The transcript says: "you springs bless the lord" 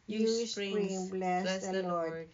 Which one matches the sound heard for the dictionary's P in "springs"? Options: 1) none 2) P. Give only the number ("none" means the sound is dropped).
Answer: 1